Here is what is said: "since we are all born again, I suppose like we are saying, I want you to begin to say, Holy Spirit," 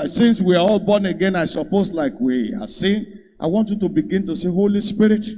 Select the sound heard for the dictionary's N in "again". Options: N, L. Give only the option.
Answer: N